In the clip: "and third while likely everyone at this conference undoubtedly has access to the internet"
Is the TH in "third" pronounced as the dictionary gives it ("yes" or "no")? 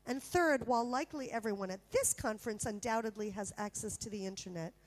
yes